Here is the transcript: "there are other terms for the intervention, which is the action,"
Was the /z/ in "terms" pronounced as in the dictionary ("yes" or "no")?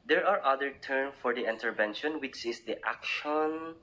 no